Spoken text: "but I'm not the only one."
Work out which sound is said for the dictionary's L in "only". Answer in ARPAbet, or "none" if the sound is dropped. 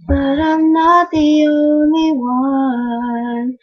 none